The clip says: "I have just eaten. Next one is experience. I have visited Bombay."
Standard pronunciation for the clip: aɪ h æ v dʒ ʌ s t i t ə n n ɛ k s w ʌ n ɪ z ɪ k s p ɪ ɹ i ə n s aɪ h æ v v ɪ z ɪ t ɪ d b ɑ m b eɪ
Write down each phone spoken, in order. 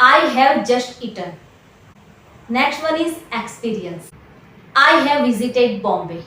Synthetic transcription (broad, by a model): aɪ h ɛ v dʒ ʌ s t i t ə n n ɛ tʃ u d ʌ l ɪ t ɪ k s p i ɹ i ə n s aɪ h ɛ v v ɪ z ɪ t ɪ d b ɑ m b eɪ